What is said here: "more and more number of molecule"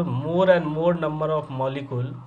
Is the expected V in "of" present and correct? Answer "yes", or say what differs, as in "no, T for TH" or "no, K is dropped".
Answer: no, P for V